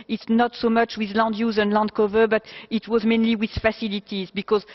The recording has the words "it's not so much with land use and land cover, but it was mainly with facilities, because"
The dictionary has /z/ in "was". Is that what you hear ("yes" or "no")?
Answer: yes